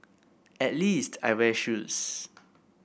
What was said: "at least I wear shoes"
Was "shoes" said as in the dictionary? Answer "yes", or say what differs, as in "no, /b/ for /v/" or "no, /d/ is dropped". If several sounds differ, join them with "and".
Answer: no, /s/ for /z/